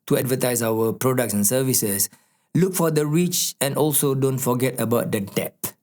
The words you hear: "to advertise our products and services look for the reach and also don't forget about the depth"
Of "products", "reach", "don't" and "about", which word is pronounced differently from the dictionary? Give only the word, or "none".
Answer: none